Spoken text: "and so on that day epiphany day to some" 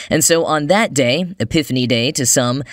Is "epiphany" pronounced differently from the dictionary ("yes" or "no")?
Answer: no